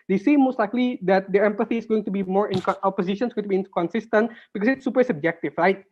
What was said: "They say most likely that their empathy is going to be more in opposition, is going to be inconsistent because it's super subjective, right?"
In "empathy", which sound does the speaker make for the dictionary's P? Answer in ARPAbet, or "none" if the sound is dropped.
P